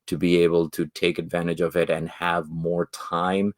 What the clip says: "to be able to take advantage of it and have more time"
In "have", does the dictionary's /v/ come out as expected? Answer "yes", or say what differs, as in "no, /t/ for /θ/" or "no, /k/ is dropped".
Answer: yes